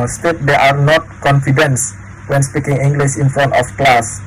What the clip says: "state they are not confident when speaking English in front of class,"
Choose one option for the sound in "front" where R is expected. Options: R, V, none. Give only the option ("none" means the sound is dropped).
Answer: none